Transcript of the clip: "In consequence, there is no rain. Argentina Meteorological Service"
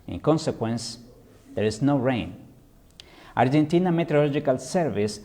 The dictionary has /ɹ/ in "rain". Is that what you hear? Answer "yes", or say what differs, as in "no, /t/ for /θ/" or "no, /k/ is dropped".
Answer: yes